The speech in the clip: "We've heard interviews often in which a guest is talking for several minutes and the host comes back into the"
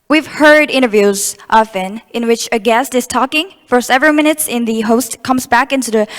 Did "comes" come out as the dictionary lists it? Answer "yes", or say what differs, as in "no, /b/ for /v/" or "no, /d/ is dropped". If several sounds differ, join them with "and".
yes